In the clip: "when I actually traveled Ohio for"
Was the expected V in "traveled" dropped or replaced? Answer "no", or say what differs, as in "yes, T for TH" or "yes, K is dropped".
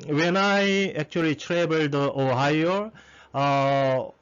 yes, B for V